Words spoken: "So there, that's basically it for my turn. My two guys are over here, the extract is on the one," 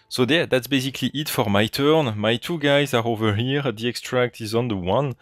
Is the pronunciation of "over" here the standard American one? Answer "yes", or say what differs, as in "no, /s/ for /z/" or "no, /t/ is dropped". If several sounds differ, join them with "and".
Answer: yes